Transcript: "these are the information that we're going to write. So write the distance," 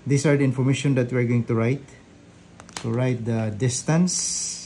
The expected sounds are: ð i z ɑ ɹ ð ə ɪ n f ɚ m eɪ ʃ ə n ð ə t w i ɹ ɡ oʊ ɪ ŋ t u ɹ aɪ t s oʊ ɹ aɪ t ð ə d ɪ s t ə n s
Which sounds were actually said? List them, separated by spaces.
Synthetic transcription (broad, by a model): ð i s ɑ ɹ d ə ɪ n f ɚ m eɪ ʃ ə n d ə t w i ɹ ɡ oʊ ɪ ŋ t u ɹ aɪ t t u ɹ aɪ t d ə d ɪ s t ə n s